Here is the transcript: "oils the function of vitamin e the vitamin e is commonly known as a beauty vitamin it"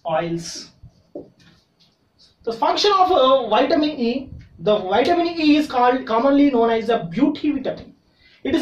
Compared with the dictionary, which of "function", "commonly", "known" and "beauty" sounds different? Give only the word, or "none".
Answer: none